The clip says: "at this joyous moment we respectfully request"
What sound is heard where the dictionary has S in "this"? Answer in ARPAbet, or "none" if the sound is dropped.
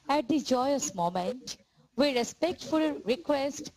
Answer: none